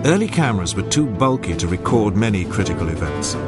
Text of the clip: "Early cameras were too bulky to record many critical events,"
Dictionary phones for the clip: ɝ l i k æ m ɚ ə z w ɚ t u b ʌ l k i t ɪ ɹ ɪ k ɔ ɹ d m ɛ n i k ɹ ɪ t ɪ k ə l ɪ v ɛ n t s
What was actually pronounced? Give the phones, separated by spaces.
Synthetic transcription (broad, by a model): ɝ l i k æ m ɚ ə z w ɚ t u b ʌ l k i t ɪ ɹ ɪ k ɔ ɹ d m ɛ n i k ɹ ɪ t ɪ k ə l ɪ v ɛ n t s